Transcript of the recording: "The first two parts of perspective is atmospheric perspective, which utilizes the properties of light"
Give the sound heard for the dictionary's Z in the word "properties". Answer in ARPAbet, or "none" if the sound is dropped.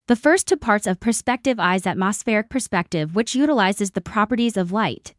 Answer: Z